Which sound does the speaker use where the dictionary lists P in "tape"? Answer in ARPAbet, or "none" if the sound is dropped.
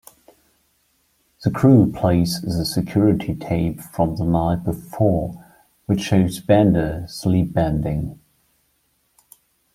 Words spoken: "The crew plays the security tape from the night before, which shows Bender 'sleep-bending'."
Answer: B